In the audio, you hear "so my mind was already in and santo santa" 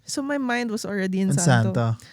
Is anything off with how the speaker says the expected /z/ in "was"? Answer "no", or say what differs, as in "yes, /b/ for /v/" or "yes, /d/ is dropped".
yes, /s/ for /z/